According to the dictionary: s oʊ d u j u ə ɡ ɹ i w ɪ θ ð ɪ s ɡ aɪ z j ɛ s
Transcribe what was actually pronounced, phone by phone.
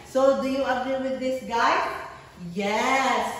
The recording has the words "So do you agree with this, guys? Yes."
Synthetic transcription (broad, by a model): s oʊ d u j u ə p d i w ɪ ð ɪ s ɡ aɪ j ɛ s